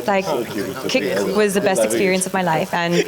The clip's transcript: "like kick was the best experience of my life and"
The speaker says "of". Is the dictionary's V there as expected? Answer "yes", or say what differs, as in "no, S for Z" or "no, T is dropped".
yes